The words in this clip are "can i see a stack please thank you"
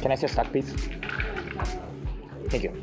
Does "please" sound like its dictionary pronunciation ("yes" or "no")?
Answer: no